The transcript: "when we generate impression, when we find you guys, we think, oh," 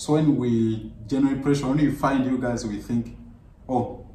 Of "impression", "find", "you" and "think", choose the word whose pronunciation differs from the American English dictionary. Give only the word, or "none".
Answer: impression